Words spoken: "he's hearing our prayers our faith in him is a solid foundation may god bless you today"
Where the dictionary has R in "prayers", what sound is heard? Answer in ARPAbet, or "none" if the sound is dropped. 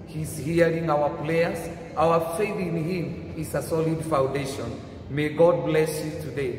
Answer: L